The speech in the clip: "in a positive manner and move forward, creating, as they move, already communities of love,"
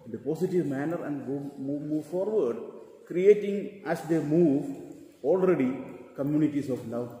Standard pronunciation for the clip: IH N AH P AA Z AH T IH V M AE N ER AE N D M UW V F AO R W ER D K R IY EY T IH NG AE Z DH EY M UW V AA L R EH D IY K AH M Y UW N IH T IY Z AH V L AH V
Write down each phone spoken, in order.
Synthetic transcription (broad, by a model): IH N AH P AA S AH T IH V M AE N ER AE N D M UW V F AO R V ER D K R IY EY T IH NG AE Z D EY M UW V AA L R EH D IY K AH M Y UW N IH T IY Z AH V L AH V